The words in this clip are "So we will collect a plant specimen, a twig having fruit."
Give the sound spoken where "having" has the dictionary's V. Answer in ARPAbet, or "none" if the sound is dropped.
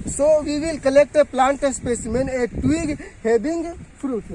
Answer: B